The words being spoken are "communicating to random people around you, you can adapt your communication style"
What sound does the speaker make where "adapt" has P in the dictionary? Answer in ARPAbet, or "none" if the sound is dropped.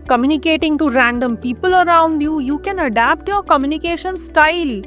P